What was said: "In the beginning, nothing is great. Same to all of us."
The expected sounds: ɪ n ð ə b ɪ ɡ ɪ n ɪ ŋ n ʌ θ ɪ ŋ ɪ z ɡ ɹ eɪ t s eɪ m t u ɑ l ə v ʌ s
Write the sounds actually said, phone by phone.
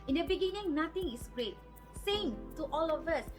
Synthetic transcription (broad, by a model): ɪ n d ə b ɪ ɡ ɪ n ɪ ŋ n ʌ t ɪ ŋ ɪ s ɡ ɹ eɪ t s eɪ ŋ t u ɑ l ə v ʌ s